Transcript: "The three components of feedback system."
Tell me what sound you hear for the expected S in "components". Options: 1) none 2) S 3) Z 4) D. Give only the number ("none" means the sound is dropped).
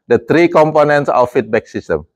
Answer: 2